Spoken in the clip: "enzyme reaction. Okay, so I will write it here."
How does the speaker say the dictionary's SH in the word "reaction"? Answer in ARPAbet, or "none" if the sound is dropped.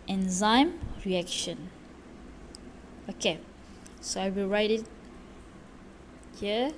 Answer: SH